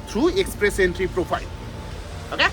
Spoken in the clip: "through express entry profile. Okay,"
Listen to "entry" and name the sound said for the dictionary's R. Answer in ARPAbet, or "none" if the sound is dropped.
R